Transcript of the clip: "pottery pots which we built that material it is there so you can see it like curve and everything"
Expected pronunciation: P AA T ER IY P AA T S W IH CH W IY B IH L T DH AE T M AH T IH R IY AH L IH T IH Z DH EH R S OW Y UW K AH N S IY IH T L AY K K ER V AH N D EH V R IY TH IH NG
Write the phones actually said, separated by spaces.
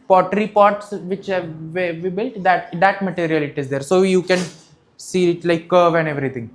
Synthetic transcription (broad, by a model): P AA T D IY P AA T S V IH CH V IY B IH L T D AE T M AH T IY R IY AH L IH T IH Z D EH R S OW Y UW K AH N S IY IH T L AY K K ER V AH N D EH V R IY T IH NG